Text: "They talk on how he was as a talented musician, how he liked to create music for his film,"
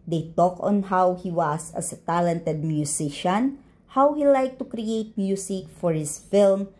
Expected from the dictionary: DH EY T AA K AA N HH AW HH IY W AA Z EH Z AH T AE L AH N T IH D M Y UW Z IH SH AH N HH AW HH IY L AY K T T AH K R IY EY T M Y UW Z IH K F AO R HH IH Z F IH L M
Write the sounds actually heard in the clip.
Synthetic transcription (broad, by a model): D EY T AA K AA N HH AW HH IY W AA S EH S AH T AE L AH N T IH D M Y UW S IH SH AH N HH AW HH IY L AY K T T AH K R IY EY T M Y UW S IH K F AO R HH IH S F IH L M